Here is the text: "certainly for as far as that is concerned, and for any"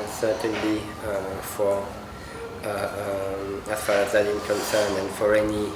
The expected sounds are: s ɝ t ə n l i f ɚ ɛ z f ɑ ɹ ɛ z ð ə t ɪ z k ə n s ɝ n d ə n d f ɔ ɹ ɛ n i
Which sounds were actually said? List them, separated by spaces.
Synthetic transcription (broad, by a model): s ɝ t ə n l i f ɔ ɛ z f ɑ ɹ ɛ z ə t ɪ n k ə n s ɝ n ə n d f ɔ ɹ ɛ n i